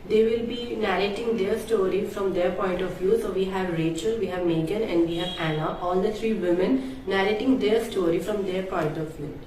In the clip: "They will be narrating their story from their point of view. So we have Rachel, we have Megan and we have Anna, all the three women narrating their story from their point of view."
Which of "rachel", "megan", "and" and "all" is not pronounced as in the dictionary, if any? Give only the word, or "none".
none